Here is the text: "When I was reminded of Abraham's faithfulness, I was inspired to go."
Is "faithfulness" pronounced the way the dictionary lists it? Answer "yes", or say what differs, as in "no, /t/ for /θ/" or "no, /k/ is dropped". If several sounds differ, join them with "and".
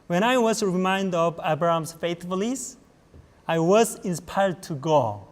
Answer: no, /n/ is dropped